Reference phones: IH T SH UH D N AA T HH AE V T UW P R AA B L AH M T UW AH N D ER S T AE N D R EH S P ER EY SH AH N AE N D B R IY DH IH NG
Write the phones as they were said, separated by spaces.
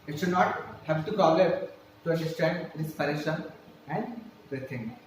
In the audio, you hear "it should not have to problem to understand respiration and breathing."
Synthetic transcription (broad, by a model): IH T SH UH D N AA T HH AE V T UW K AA L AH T T UW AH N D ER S T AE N D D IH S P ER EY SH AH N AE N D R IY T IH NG